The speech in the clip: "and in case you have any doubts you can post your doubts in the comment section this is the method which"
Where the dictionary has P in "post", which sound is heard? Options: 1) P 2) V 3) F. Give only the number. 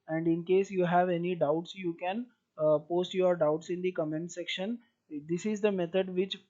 1